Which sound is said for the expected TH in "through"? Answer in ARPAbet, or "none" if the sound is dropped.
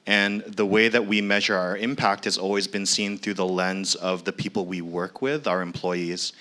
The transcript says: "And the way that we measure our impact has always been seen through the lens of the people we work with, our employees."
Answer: TH